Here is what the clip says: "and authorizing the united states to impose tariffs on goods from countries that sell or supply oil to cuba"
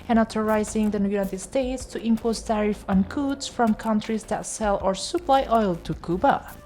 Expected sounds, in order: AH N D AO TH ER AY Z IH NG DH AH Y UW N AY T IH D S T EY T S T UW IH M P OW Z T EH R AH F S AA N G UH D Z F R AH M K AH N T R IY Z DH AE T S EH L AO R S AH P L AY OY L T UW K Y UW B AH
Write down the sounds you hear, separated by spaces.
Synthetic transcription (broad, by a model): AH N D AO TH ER AY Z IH NG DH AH Y UW N AY T IH D S T EY T S T UW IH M P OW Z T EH R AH F AA N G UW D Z F R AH M K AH N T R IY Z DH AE T S EH L AO R S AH P L AY OY L T UW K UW B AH